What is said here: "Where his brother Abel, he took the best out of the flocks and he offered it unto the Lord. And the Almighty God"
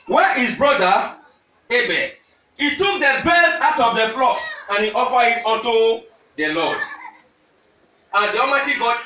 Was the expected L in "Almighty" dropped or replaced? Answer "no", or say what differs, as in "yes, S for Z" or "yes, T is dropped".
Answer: yes, L is dropped